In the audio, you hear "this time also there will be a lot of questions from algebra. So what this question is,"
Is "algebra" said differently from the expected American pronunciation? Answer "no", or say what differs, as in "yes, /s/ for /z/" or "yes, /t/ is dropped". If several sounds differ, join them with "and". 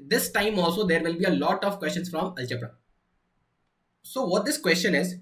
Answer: yes, /tʃ/ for /dʒ/